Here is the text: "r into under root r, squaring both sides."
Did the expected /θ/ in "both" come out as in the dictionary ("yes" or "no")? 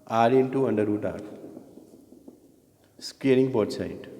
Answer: no